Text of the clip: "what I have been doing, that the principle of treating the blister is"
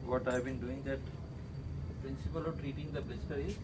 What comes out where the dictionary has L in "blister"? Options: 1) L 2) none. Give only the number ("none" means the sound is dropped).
2